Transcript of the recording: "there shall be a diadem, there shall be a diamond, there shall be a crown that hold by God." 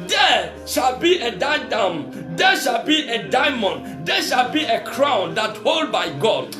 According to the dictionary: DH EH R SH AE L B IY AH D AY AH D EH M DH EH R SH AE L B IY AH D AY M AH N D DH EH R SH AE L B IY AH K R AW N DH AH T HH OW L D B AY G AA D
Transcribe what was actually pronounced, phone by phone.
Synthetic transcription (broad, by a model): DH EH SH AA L B IY AH D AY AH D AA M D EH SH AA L B IY AH D AY M AH N D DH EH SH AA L B IY AH K R AW N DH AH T HH OW L D B AY G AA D